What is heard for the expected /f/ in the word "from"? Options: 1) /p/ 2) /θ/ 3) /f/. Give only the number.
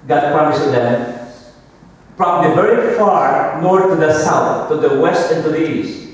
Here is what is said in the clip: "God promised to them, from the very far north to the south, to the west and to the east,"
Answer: 1